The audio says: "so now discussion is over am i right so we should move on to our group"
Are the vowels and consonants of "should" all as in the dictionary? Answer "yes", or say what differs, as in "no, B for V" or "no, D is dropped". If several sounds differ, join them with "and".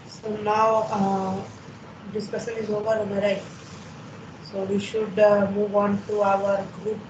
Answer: yes